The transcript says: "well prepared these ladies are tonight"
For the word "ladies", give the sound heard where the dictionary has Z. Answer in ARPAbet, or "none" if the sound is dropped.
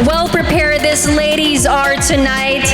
Z